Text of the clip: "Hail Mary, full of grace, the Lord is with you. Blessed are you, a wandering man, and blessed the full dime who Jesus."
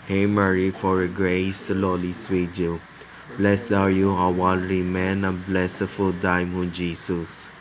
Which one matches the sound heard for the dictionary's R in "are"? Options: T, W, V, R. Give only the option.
W